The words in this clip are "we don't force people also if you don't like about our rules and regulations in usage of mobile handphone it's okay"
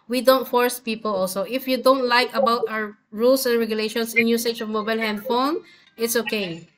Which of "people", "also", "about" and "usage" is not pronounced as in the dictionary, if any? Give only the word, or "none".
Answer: usage